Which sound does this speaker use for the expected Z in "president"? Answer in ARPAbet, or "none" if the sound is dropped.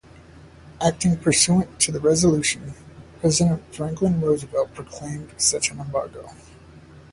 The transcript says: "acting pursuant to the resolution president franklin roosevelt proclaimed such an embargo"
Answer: Z